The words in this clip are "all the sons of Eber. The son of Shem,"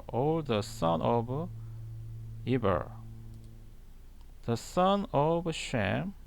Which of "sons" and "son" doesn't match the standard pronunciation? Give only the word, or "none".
sons